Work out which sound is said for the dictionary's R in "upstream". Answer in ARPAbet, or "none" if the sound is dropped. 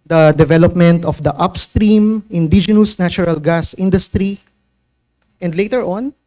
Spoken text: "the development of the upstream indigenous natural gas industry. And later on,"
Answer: R